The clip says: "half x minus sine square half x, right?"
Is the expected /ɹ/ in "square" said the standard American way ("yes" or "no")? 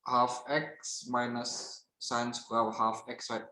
no